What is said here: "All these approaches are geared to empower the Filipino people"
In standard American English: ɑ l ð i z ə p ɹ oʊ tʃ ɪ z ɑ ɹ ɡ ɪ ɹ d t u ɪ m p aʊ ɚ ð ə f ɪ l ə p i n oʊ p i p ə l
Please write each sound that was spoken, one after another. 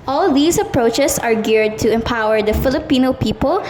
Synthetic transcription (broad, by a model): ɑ l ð i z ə p ɹ oʊ tʃ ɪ s ɑ ɹ ɡ ɪ ɹ d t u ɪ m p aʊ ɚ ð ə f ɪ l ə p i n oʊ p i p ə l